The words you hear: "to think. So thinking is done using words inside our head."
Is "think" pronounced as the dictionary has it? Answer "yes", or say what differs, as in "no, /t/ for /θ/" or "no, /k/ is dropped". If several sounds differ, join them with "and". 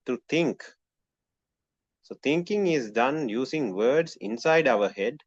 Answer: no, /t/ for /θ/